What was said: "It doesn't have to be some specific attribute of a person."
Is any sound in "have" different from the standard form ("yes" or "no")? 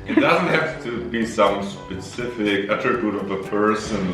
yes